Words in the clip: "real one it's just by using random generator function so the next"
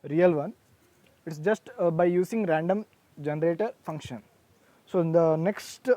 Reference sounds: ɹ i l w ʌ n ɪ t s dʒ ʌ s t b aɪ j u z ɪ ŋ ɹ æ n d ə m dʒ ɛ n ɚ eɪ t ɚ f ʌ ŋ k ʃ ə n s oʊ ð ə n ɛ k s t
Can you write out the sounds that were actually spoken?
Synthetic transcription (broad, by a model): ɹ i l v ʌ n ɪ t s dʒ ʌ s t b aɪ j u s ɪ ŋ ɹ æ n d ə m dʒ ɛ n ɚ eɪ t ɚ f ʌ ŋ k ʃ ə n s oʊ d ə n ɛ k s t